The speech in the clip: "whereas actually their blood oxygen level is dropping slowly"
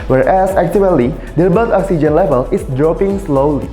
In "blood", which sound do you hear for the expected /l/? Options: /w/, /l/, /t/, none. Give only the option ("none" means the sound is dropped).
none